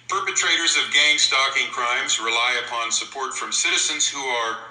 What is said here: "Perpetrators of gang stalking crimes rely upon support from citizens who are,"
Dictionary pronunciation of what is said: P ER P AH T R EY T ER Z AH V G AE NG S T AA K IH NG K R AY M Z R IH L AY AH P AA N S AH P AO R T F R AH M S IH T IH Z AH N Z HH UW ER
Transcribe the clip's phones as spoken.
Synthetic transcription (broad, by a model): P ER P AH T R EY T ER Z AH V G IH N S T AA K IH NG K R AY M Z R IH L AY AH P AA N S AH P AO R T F R AH M S IH T IH Z AH N Z HH UW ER